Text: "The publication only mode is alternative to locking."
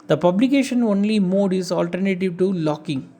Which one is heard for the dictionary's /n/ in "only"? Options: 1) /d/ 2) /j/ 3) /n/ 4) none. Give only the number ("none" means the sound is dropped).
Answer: 3